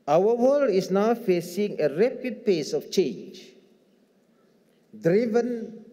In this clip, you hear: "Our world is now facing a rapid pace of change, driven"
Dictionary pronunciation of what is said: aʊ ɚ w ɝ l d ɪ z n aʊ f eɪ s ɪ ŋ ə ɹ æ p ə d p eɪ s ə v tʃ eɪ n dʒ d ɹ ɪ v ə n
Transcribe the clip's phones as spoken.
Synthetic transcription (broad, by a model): aʊ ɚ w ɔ l ɪ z n aʊ f eɪ s ɪ ŋ ə ɹ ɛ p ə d p eɪ s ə f tʃ eɪ n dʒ d ɹ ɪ v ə n